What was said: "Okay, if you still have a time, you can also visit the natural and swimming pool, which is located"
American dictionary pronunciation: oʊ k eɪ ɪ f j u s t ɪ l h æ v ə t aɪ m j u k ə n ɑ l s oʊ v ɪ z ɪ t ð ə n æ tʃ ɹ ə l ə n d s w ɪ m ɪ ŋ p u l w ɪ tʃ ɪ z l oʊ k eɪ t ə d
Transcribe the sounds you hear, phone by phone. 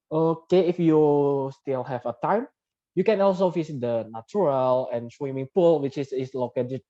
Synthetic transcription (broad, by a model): oʊ k eɪ ɪ f j u s t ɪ l h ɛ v ə t aɪ m j u k ə n ɑ l s oʊ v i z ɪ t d ə n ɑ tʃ ɹ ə l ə n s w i m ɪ ŋ p u l w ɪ s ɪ s l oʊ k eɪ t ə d